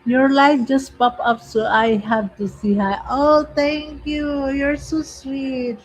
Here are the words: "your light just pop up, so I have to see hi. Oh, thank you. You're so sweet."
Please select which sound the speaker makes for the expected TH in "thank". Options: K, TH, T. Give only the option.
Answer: T